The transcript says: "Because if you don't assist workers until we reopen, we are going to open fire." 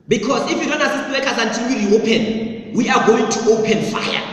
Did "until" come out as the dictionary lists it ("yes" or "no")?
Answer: no